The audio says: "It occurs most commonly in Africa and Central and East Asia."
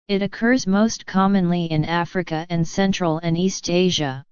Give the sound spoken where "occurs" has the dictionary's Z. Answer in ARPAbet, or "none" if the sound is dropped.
Z